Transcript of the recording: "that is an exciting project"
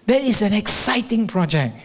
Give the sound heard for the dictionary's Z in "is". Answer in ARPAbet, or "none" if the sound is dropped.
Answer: S